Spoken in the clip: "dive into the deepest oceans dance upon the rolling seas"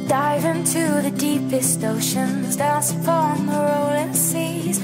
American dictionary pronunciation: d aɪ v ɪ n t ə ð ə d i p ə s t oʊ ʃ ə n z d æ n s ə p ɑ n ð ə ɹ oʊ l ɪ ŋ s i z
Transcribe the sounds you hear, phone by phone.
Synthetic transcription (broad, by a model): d aɪ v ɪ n t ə ð ə d i p ə s t oʊ ʃ ə n z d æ s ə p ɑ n ð ə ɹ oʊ l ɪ s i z